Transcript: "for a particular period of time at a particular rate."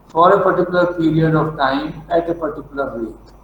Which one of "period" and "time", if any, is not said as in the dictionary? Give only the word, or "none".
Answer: period